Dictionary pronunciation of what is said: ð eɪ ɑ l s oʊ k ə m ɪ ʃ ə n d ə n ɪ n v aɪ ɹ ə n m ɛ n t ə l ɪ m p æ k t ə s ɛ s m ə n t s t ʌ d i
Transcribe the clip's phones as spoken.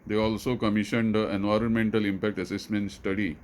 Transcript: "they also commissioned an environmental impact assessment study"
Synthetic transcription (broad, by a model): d eɪ ɑ l s oʊ k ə m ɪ ʃ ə n d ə ɪ n v aɪ ɹ ə n m ɛ n t ə l ɪ m p æ k t ə s ɛ s m ə n t s t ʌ d i